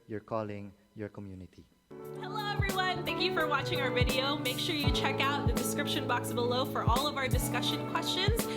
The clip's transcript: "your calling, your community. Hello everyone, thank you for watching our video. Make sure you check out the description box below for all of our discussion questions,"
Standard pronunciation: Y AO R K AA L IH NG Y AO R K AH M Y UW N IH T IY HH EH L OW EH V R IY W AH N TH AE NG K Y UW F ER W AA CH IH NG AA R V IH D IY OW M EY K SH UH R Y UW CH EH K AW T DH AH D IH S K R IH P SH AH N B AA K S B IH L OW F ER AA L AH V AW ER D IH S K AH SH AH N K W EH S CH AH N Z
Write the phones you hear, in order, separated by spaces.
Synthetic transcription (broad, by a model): Y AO R K AA L IH NG Y AO R K AH M Y UW N IH T IY HH EH L OW EH V R IY W AH N TH AE NG K Y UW F ER W AA CH IH NG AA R V IH D IY OW M EY K SH UH R Y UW CH EH K AW T DH AH D IH S K R IH P SH AH N B AA K S B IH L OW F ER AA L AH V AW ER D IH S K AH SH AH N K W EH S CH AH N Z